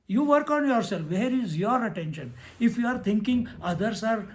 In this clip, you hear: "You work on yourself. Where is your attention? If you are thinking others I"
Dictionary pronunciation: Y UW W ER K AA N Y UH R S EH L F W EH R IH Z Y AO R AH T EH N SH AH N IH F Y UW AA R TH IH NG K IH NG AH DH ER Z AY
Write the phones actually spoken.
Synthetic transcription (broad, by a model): Y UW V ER K AA N Y UH R S EH L F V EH R IH Z Y AO R AH T EH N SH AH N IH F Y UW AA R T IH NG K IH NG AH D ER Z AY